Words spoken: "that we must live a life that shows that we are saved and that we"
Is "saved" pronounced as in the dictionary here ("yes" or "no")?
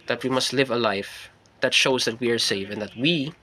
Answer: no